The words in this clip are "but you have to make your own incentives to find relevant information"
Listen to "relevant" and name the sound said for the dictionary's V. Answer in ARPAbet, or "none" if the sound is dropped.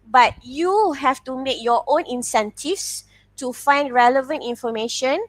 V